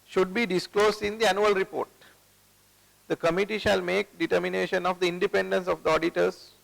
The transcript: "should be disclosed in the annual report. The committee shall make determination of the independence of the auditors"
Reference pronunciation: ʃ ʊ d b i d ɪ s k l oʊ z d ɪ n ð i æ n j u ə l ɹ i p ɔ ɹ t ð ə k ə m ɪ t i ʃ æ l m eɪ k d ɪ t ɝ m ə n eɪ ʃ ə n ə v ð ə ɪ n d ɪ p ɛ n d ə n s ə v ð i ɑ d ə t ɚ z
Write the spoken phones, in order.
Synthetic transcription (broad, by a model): ʃ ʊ d b i d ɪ s k l oʊ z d ɪ n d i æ n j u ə l ɹ i p ɔ ɹ t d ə k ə m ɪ t i ʃ æ l m eɪ k d ɪ t ɝ m ə n eɪ ʃ ə n ə v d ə ɪ n d ɪ p ɛ n d ə n s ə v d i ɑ d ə t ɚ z